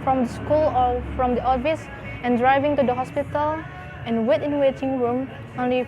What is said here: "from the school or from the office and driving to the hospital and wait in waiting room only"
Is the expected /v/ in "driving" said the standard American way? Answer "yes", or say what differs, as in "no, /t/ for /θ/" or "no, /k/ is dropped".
yes